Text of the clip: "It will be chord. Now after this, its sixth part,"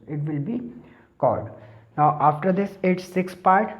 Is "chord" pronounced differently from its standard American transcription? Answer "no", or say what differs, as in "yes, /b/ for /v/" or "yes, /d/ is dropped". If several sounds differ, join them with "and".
yes, /l/ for /ɹ/